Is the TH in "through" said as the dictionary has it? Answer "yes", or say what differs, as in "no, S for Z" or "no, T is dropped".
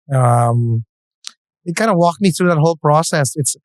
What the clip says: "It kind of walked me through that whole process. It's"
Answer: yes